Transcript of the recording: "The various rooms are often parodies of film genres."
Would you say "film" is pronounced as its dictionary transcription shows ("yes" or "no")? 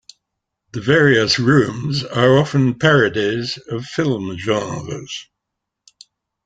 yes